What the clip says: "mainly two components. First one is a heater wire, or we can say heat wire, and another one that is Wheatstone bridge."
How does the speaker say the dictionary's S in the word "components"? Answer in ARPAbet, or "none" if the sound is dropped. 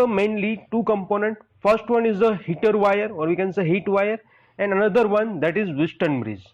none